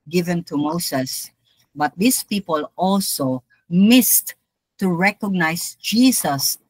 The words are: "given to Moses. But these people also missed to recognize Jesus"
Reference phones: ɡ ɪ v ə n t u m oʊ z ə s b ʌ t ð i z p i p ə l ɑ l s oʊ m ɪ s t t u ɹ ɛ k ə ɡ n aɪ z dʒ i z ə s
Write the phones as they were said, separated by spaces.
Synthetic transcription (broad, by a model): ɡ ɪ v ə n t u m oʊ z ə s b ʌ t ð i s p i p ə l ɑ l s oʊ m ɪ s t t u ɹ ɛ k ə ɡ n aɪ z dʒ i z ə s